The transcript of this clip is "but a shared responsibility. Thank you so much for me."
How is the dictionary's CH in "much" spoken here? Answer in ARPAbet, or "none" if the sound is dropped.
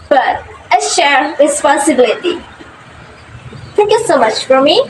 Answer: CH